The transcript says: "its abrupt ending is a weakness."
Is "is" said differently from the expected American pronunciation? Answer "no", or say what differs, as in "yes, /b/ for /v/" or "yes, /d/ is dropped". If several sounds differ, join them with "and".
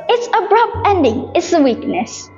yes, /s/ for /z/